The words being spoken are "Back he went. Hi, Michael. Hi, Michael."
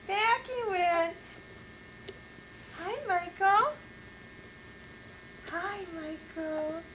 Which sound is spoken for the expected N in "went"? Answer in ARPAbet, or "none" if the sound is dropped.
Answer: none